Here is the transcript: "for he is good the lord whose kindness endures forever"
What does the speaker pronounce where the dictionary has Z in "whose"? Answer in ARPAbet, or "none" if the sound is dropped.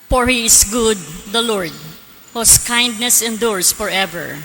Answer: S